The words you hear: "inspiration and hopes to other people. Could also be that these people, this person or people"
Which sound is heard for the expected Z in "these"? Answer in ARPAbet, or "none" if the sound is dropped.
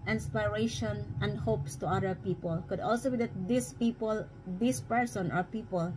S